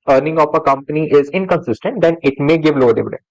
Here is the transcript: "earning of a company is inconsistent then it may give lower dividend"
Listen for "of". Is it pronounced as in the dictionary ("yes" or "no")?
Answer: no